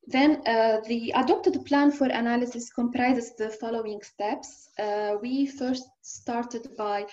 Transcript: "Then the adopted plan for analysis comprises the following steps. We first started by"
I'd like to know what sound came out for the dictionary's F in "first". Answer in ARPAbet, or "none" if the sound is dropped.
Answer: F